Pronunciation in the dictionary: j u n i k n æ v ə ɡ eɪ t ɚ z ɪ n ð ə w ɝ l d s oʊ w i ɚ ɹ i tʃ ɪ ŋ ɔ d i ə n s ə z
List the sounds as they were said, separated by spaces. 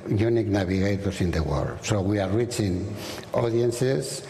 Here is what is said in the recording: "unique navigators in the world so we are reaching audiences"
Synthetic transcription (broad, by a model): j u n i k n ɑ b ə ɡ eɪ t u s ɪ n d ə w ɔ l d s oʊ w i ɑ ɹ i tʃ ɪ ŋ ɔ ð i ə n s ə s